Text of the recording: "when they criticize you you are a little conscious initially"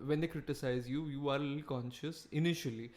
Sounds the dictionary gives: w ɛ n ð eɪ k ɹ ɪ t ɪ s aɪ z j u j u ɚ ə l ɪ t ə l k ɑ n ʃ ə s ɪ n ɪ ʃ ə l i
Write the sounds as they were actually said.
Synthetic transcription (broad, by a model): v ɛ n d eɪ k ɹ ɪ t ɪ s aɪ z j u j u ə t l k ɑ n ʃ ə s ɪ n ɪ ʃ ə l i